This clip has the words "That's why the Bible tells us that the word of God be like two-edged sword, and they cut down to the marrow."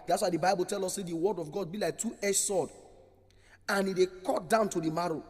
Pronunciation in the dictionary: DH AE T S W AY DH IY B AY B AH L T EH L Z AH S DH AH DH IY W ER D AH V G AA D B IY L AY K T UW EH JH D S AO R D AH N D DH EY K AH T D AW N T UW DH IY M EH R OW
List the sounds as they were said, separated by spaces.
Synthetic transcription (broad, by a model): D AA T S W AY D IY B AY B AH L T EH L AO S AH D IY W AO D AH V G AA D B IY L AY K T UW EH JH S AO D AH N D EY K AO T D AW N T UW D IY M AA R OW